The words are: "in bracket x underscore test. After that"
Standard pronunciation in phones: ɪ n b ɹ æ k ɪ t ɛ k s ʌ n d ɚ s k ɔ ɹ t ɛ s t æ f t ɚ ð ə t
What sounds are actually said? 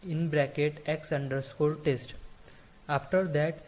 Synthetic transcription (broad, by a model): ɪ n b ɹ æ k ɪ t ɛ k s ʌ n d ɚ s k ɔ l t ɛ s t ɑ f t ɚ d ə t